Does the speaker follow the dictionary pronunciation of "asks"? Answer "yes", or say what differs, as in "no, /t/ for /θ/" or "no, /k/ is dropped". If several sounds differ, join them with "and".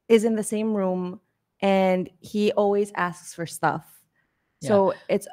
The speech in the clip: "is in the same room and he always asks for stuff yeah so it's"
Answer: yes